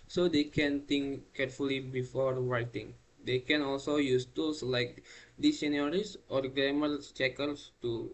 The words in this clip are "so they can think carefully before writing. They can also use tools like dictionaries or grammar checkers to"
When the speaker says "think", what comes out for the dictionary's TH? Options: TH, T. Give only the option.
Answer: T